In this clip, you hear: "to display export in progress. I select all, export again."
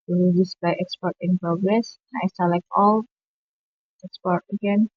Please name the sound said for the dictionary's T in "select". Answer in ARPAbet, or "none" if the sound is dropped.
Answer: none